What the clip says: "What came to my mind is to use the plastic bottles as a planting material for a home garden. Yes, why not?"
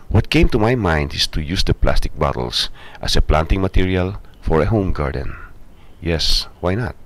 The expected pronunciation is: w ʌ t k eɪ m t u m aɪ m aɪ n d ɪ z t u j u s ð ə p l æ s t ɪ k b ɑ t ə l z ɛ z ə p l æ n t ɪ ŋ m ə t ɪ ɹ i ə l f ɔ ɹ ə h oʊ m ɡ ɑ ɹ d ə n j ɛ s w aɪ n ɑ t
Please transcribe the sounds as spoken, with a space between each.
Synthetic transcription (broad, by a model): w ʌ t k eɪ m t u m aɪ m aɪ n d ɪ s t u j u s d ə p l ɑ s t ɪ k b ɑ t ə l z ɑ s ə p l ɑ n t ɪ ŋ m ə t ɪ ɹ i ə l f ɔ ɹ ə h oʊ m ɡ ɑ ɹ d ə n j ɛ s w aɪ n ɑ t